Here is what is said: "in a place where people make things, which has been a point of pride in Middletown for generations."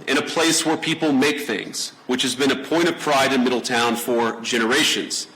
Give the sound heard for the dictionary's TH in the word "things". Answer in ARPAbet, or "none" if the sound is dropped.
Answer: TH